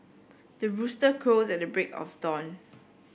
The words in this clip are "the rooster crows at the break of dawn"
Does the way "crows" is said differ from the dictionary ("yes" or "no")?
yes